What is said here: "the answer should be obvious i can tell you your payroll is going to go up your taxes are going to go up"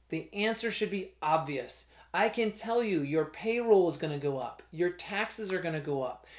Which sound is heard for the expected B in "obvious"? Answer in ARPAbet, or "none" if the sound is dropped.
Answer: B